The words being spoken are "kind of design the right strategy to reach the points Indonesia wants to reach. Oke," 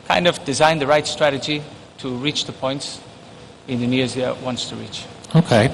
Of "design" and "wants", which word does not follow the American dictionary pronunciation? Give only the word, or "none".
none